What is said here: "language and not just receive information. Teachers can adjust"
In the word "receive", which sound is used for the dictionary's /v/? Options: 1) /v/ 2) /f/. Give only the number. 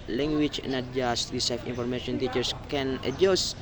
2